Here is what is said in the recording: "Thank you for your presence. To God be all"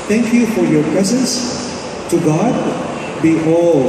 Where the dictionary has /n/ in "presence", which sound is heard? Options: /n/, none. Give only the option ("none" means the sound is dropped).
/n/